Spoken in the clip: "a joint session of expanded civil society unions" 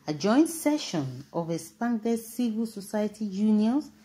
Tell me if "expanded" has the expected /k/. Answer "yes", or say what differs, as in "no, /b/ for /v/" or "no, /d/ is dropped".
no, /k/ is dropped